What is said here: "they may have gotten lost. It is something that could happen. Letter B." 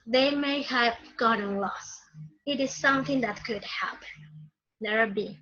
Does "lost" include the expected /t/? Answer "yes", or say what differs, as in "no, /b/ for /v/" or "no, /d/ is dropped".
no, /t/ is dropped